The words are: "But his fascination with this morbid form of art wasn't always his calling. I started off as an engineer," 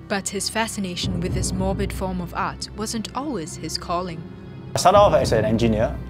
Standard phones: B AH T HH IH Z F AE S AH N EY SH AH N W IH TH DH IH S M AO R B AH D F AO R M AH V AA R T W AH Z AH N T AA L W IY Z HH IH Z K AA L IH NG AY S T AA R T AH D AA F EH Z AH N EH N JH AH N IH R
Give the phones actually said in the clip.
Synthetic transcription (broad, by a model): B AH T HH IH Z F AE S AH N EY SH AH N W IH DH IH S M AO R B AH D F AO R M AH V AA R T W AH Z AH N T AA L W IY Z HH IH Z K AA L IH NG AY S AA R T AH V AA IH S AH N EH N JH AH N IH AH